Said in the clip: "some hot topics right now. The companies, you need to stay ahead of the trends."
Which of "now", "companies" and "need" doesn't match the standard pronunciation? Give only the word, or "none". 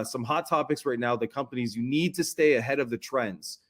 none